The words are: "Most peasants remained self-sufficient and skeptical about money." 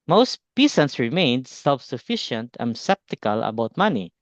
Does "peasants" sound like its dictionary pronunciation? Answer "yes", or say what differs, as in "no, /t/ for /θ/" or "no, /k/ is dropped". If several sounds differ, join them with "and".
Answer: no, /s/ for /z/